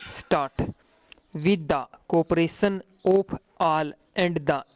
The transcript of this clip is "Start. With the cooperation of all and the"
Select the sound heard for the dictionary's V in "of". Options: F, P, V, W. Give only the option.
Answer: P